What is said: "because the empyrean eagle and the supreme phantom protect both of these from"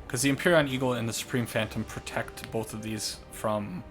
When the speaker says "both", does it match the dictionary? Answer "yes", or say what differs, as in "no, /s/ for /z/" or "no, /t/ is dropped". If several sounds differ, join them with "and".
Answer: yes